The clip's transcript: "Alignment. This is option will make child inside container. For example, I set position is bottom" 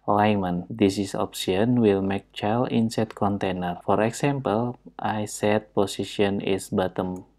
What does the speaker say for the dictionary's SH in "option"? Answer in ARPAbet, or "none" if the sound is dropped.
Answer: S